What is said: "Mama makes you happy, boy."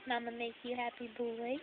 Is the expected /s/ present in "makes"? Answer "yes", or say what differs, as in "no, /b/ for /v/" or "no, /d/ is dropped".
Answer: no, /s/ is dropped